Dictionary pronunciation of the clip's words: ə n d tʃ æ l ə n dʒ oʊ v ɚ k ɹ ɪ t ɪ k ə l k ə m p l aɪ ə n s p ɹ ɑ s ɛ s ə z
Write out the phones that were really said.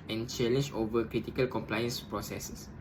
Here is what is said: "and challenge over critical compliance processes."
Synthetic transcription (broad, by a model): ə n tʃ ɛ l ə n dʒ oʊ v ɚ k ɹ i t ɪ k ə l k ə m p l aɪ ə n s p ɹ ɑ s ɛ s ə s